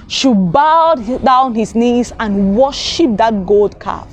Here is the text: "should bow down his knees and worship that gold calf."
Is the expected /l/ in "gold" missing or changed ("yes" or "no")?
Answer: no